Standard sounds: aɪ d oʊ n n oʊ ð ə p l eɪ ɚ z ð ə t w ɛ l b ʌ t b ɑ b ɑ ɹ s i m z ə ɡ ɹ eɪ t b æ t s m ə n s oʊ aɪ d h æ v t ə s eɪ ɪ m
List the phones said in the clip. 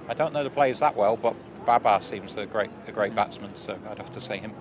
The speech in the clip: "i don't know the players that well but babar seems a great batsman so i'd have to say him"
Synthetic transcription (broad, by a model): aɪ d oʊ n n oʊ ð ə p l eɪ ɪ z ð ə t w ɛ l b ʌ t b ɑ b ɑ s i m z ə ɡ ɹ eɪ t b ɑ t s m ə n s oʊ aɪ d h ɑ f t ə s eɪ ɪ m